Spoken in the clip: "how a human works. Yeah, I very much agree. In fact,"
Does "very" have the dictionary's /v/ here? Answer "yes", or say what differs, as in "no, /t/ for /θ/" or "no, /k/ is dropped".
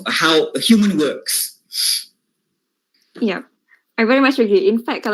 yes